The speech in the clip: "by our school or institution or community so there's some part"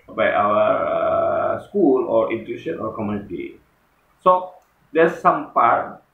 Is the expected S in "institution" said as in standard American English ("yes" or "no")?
no